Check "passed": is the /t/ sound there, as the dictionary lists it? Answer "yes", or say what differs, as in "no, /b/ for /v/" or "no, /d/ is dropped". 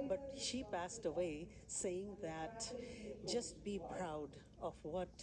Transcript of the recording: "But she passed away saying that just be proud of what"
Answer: yes